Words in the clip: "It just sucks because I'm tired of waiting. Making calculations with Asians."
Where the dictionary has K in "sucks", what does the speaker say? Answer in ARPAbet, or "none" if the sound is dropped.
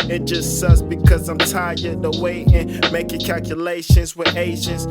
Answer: none